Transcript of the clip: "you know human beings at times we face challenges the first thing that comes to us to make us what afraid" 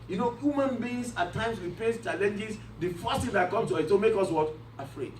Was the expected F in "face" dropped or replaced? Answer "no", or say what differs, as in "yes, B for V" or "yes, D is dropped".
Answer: yes, P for F